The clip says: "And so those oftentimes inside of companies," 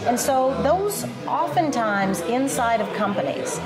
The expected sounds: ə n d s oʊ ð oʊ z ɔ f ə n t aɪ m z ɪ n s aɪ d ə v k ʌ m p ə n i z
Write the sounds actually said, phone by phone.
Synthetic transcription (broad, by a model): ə n s oʊ ð oʊ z ɔ f ə n t aɪ m z ɪ n s aɪ d ə v k ʌ m p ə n i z